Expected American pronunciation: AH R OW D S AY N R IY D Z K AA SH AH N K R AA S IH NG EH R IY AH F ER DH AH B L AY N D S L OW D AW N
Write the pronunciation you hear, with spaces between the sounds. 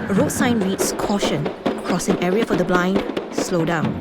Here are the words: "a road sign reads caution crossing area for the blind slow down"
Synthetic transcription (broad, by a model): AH R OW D S AY N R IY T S K AA SH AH N K R AA S IH NG EH R IY AH F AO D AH B L AY N D S L OW D AW N